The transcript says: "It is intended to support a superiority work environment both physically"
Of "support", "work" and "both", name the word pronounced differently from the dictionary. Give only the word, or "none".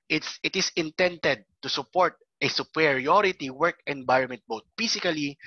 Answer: both